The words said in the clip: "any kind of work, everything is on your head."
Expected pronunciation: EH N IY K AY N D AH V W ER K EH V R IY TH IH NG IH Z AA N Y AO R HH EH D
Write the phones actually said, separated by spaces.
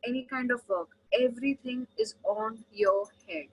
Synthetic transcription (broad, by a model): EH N IY K AY N D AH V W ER K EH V R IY T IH NG IH Z AA N Y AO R HH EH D